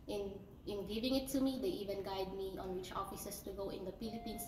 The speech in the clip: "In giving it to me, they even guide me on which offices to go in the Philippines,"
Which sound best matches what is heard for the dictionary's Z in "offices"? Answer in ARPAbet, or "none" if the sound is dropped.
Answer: S